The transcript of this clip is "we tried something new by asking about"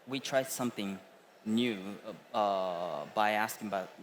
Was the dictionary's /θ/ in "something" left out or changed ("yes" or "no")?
no